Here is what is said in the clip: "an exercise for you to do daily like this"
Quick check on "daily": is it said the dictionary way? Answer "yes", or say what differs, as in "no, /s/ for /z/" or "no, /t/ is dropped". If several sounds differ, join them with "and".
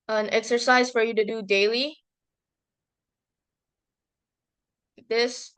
no, /l/ is dropped